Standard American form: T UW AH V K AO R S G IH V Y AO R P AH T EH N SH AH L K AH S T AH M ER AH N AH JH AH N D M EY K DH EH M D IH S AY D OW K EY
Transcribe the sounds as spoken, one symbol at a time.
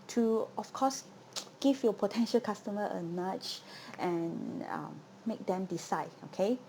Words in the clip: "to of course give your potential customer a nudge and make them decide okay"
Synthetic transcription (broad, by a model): T UW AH F K AO S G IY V Y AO P AH T EH N SH AH L K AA S T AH M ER AH N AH CH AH N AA M EY K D EH M D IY S AY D OW K EY